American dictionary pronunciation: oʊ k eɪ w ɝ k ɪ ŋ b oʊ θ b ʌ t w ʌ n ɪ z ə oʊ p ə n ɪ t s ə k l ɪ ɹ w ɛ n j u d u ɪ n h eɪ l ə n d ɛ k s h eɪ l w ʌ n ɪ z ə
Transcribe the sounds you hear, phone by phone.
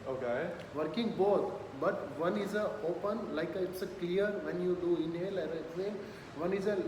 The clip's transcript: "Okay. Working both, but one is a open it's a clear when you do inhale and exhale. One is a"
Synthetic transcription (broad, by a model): oʊ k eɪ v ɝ k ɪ ŋ b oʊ t b ʌ t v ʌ n ɪ z ə oʊ p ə n ɪ t s ə k l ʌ ɹ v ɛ n j u d u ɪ n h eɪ l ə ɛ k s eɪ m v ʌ n ɪ z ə